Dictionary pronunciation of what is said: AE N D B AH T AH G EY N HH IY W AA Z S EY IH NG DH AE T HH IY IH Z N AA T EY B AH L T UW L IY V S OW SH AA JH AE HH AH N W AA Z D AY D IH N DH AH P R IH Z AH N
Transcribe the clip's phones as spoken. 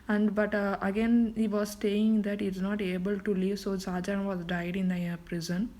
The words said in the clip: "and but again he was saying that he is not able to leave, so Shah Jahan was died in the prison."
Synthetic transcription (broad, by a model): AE N D B AH T AH G EY N HH IY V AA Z S EY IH NG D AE T HH IY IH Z N AA T EY B AH L T UW L IY V S OW S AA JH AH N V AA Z D AY D IH N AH P R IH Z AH N